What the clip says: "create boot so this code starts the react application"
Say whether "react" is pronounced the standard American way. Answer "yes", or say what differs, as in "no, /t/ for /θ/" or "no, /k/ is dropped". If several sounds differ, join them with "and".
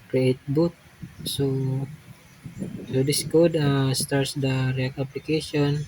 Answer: no, /t/ is dropped